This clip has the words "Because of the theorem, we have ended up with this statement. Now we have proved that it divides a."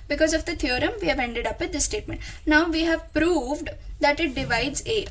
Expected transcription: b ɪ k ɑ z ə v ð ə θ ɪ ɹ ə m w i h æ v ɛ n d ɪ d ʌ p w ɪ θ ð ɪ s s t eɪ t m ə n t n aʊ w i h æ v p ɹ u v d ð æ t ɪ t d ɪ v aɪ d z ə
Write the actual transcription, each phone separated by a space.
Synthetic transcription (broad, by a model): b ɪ k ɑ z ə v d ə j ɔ ɹ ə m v i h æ v ɛ n d ɪ d ʌ p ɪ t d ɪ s s t eɪ t m ə n t n aʊ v i h æ v p ɹ u v d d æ t ɪ t d ɪ v aɪ d z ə